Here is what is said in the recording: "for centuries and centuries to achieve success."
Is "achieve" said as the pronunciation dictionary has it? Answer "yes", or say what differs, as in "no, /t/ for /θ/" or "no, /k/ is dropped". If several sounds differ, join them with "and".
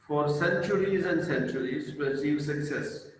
no, /s/ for /tʃ/